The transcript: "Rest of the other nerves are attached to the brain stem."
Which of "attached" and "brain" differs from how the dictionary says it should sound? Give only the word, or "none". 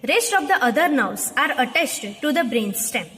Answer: attached